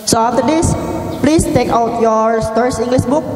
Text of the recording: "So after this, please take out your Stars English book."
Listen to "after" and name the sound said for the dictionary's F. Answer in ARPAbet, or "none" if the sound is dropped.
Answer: none